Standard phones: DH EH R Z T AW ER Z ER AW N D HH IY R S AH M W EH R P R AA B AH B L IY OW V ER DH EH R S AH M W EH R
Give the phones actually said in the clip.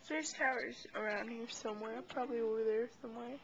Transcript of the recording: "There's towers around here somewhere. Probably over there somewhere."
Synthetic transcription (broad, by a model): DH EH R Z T AW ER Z ER AW N D HH IY R S AH M W EH R P R AA B AH B L IY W W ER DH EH R S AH M W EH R